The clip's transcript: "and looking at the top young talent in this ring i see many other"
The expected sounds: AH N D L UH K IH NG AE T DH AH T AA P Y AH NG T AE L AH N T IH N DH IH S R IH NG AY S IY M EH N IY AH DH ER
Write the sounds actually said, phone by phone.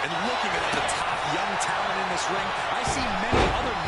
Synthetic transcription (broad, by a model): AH N L UH K IH NG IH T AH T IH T Y AH NG T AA AH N IH N DH IH S R IH NG AY S IY M EH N IY AH DH ER